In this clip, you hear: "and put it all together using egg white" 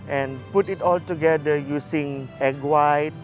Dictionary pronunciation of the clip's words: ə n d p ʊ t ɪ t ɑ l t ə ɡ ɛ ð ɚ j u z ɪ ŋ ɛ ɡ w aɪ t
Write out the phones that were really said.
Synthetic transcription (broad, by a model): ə n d p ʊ t ɪ t ɑ l t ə ɡ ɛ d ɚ j u s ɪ ŋ ɛ ɡ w aɪ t